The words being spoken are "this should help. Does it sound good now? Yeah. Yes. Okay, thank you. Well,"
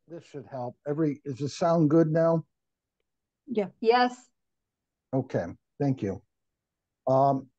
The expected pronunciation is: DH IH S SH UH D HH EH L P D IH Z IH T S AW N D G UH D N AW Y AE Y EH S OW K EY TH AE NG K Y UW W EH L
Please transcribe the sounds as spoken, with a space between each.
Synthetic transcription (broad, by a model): DH IH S SH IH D HH EH L P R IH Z IH T S AW N G UH D N AW Y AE Y EH S OW K EY TH AE NG K Y UW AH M